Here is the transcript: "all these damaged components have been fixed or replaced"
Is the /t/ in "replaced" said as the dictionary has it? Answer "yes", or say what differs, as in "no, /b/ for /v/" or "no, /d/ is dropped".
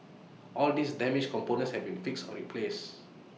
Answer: no, /t/ is dropped